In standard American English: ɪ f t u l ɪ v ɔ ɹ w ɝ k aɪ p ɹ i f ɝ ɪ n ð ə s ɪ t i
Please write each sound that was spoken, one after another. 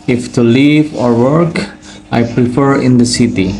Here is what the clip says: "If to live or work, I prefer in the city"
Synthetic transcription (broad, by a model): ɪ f t u l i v ɔ ɹ w ɝ k aɪ p ɹ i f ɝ ɪ n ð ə s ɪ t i